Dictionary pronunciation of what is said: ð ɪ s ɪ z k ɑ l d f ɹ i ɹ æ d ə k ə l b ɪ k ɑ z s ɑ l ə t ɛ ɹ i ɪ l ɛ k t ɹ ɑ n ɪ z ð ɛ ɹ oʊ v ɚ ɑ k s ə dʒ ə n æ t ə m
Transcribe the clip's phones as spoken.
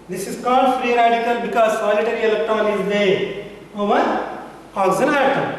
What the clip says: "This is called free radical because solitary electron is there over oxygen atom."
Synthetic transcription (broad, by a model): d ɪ s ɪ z k ɑ l d f ɹ i ɹ æ d ə k ə l b ɪ k ɑ z s ɑ l ə t ɛ ɹ i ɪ l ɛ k t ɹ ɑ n ɪ z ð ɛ oʊ v ɚ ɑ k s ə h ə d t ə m